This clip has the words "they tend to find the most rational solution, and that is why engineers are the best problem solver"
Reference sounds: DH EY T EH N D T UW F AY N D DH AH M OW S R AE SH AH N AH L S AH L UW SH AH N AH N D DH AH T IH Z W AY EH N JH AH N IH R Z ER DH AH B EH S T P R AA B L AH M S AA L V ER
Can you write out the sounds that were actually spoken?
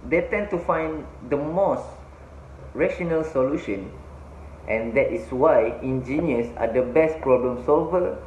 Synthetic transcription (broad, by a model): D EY T EH N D T UW F AY N D AH M OW S R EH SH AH N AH L S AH L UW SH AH N AH N D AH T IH S W AY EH N JH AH N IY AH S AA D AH B EH S T P R AA B L AH M S AA L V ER